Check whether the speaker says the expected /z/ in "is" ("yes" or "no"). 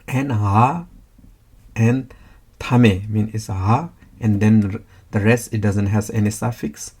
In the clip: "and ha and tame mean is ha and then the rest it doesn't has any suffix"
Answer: no